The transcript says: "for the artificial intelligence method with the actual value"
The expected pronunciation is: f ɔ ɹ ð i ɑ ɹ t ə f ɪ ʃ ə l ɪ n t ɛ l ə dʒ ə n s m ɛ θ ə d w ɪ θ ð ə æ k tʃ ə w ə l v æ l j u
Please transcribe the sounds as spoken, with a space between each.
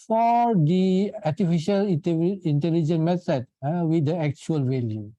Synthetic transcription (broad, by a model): f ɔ ɹ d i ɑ ɹ t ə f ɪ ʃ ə l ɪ n t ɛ l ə dʒ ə n m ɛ t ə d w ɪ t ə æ k tʃ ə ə l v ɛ l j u